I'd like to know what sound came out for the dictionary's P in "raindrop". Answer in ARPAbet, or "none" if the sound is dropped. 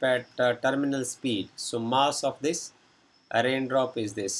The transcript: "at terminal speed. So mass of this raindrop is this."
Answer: P